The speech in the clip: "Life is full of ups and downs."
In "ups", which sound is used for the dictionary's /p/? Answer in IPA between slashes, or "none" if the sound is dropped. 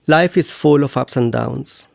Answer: /p/